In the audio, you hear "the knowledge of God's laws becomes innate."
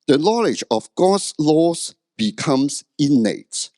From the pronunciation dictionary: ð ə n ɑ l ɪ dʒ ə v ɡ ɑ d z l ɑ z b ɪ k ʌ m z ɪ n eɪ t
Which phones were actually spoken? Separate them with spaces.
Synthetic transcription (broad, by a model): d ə n ɑ l ɪ dʒ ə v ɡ ɑ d s l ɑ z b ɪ k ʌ m s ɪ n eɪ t